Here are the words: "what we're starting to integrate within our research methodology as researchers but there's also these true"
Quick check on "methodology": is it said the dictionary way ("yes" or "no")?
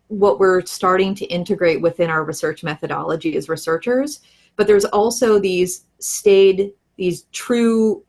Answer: yes